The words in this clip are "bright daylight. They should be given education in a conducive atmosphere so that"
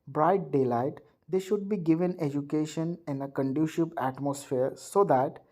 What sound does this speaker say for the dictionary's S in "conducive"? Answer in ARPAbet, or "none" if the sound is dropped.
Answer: SH